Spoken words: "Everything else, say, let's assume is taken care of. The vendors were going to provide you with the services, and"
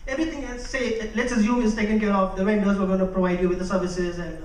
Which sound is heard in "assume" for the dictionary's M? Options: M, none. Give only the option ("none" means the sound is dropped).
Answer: none